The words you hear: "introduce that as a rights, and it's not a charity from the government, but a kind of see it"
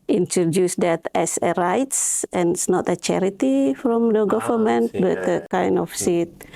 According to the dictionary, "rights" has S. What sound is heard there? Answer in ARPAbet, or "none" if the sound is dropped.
S